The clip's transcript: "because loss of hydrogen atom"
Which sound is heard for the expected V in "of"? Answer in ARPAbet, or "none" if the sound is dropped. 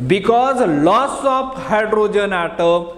P